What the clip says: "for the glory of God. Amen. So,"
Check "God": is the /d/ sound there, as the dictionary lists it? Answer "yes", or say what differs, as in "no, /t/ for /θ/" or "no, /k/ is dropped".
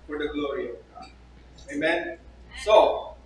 no, /d/ is dropped